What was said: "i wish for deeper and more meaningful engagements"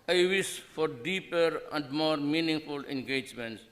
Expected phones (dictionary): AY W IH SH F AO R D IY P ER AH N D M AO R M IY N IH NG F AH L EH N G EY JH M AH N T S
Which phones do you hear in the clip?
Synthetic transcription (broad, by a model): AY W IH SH F AO R D IY P ER AH N D M AO R M IY N IH NG F AH L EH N G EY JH M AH N T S